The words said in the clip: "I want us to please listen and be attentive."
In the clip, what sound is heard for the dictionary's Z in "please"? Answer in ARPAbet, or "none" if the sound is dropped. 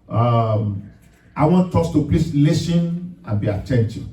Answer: S